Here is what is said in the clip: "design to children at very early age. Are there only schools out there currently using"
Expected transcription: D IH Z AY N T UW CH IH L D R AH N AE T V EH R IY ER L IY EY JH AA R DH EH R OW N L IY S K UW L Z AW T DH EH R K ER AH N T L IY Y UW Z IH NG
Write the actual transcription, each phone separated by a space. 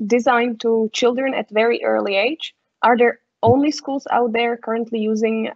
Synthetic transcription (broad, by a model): D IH Z AY N T UW CH IH L D R AH N AE T V EH R IY ER L IY EY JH AA R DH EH R OW N L IY S K UW L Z AW T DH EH R K ER AH N T L IY Y UW Z IH NG